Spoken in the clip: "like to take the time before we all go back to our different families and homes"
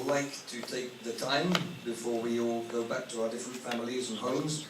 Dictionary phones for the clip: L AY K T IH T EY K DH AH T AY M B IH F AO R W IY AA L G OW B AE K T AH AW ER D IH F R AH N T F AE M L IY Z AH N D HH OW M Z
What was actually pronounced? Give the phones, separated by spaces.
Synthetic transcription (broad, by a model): L AY K T IH T EY K DH AH T AY M B IH F AO R W IY AA L G OW B AE K T AH AW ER D IH F R AH N T F AE M L IY Z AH N HH OW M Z